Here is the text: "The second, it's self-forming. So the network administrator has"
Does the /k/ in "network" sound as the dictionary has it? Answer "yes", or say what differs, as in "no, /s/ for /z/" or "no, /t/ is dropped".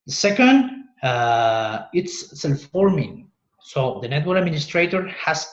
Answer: no, /k/ is dropped